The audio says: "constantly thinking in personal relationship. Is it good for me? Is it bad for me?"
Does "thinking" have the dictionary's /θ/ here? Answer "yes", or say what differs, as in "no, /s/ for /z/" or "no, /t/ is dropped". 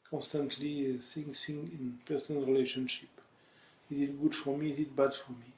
no, /s/ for /θ/